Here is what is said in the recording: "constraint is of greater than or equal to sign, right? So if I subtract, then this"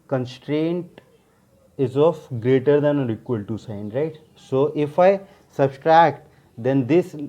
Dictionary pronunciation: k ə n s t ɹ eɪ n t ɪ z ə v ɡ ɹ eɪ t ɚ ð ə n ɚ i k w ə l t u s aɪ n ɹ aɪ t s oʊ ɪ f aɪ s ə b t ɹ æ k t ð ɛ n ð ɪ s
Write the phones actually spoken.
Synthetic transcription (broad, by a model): k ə n s t ɹ eɪ n t ɪ z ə f ɡ ɹ eɪ t ɚ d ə n ɚ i k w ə l t u s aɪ n ɹ aɪ t s oʊ ɪ f aɪ s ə b t ɹ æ k t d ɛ n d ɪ s